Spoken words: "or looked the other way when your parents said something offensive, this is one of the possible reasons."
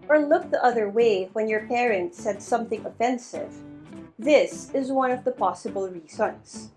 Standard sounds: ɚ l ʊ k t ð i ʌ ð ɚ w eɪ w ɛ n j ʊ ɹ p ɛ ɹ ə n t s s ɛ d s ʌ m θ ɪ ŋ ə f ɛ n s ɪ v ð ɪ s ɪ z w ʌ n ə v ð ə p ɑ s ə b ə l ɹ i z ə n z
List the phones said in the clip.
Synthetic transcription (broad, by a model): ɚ l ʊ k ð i ʌ ð ɚ w eɪ w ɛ n j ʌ ɹ p ɛ ɹ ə n t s s ɛ d s ʌ m θ ɪ ŋ ə f ɛ n s ɪ v ð ɪ s ɪ z w ʌ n ə v ð ə p ɑ s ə b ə l ɹ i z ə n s